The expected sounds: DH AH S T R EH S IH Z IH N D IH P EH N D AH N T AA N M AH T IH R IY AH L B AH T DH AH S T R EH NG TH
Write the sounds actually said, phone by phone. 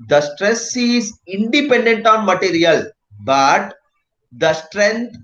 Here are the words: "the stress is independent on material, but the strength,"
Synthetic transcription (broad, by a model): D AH S T R EH S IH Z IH N D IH P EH N D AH N T AA N M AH T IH R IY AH L B AH T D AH S T R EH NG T